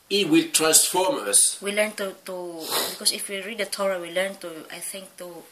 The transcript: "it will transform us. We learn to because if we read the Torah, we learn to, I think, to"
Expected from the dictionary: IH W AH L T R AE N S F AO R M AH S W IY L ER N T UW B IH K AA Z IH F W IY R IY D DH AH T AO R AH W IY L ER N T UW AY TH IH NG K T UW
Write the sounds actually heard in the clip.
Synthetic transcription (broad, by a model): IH W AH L T R AE N S F AO R M AH S W IY L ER N T UW B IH K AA S IH F W IY R IY D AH T AO R AH W IY L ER N T UW AY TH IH NG K T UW